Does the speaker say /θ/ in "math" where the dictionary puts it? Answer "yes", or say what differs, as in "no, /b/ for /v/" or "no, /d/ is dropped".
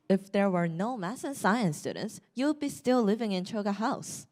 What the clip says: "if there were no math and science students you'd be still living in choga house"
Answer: no, /s/ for /θ/